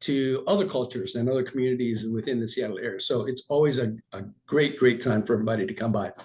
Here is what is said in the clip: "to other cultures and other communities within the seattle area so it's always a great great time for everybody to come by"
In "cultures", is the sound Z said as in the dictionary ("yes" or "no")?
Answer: yes